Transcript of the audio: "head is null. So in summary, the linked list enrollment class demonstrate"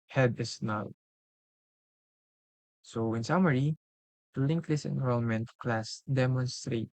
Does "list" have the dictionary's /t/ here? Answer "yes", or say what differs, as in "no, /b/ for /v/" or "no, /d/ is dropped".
no, /t/ is dropped